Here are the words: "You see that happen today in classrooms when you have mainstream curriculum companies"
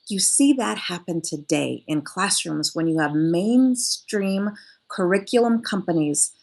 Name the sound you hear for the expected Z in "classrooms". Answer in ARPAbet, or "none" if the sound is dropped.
Z